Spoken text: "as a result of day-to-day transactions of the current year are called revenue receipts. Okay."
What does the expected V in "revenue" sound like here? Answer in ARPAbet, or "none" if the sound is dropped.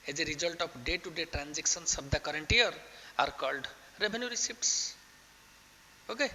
B